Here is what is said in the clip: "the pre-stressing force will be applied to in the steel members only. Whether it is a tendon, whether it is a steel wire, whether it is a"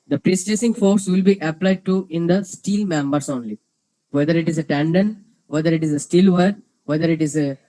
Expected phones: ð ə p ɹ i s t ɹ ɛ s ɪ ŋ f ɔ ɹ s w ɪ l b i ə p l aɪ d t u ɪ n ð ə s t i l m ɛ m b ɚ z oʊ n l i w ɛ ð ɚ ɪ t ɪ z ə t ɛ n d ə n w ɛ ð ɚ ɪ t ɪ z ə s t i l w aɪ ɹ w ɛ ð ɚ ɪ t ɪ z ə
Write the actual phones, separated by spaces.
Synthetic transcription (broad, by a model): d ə p ɹ i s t ɛ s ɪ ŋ f ɔ ɹ s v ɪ l b i ə p l aɪ d t u ɪ n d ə s t i l m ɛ m b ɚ s oʊ n l i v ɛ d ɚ ɪ t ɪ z ə t ɛ n d ə n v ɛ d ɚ ɪ t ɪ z ə s t i l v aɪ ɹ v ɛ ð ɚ ɪ t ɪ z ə